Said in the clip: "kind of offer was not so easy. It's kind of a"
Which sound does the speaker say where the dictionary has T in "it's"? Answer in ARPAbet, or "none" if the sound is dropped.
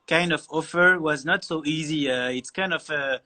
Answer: T